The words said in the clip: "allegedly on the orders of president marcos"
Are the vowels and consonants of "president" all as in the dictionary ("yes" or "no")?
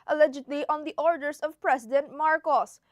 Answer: no